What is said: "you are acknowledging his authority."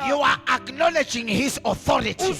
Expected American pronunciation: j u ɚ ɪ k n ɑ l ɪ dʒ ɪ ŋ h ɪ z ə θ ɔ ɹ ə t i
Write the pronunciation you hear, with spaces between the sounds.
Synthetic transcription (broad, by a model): j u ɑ ɪ k n ɑ l ɪ dʒ ɪ ŋ h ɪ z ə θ ɔ ɹ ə t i